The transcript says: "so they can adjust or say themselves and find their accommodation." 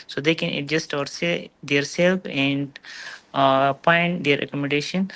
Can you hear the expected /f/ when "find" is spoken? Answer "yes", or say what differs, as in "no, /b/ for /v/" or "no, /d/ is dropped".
no, /p/ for /f/